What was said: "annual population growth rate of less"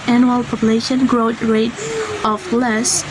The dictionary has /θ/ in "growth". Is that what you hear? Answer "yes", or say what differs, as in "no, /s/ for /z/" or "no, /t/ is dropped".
no, /t/ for /θ/